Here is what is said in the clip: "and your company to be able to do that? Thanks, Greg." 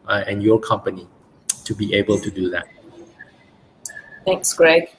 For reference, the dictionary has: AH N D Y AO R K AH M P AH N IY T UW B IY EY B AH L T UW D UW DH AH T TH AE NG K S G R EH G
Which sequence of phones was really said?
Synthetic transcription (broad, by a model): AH N Y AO K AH M P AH N IY T UW B IY EY B AH L T UW D UW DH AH T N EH K S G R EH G